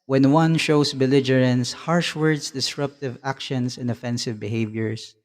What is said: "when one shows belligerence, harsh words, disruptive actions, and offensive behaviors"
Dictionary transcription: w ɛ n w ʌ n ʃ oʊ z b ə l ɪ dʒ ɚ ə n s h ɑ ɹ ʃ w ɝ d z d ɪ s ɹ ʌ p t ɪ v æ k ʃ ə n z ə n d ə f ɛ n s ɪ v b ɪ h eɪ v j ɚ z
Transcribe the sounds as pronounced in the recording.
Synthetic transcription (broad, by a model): w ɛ n w ʌ n ʃ oʊ s b ə l ɪ dʒ ɚ ə n s h ɑ ɹ ʃ w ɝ d s d ɪ s ɹ ʌ p t ɪ v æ k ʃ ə n s ə n d ə f ɛ n s ɪ v b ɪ h eɪ v j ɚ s